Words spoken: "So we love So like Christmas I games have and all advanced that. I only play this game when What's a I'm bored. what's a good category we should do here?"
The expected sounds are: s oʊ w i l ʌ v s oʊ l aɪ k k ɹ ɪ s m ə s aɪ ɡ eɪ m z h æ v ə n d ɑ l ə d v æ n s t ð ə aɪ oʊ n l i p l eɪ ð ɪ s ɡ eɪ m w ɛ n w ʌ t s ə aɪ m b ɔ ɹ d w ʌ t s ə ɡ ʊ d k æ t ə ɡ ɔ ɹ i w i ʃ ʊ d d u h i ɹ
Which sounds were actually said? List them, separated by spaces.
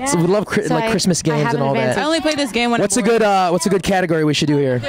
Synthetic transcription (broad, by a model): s w i l ʌ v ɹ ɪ l aɪ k k ɹ ɪ s m ə s ɡ eɪ m z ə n ɑ l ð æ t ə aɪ oʊ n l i p l eɪ ð ɪ s ɡ eɪ m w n w ʌ t s ə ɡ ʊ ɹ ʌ w ʌ t s ə ɡ ʊ d k æ t ə ɡ ɔ ɹ i w i ʃ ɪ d d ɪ h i ɹ